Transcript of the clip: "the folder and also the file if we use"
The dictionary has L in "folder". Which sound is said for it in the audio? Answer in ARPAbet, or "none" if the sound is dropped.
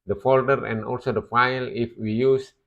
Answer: L